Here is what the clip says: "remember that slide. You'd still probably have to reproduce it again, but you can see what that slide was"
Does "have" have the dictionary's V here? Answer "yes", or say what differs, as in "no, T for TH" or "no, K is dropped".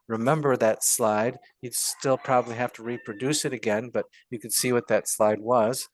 no, F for V